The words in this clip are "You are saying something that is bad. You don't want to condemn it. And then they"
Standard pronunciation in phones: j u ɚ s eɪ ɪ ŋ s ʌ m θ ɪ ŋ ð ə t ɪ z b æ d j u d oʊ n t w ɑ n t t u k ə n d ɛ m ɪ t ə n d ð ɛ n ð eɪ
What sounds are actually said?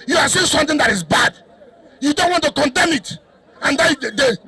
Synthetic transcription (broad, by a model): j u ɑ s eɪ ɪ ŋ s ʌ m t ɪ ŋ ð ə t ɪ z b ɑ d j u d oʊ n t w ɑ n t t u k ə n d ɛ m ɪ t ə n d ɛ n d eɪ